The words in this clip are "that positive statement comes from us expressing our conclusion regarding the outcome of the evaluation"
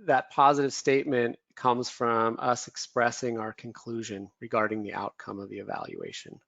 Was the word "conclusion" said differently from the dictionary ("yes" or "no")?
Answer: no